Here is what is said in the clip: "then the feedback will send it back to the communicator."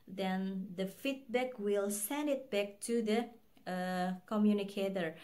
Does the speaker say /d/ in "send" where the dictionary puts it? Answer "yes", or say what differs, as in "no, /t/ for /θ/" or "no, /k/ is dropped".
yes